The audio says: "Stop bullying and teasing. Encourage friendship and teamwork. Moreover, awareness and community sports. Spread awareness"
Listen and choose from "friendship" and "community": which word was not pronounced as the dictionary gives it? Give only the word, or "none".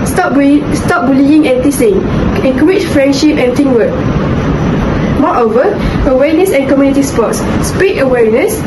none